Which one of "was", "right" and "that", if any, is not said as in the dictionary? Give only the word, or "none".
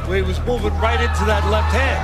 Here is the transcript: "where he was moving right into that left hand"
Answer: none